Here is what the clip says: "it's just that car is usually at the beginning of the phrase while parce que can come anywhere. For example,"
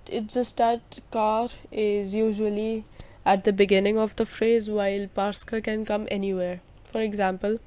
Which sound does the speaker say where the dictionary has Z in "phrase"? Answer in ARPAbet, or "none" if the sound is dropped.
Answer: Z